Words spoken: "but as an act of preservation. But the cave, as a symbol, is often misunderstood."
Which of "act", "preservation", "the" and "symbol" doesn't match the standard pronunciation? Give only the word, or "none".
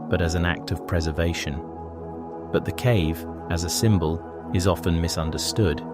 none